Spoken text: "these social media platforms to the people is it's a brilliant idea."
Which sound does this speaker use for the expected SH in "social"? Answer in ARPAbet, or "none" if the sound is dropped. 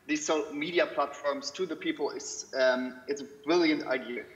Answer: none